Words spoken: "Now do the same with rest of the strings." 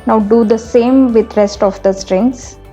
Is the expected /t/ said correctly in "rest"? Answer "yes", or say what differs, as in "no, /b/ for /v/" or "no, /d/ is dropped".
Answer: yes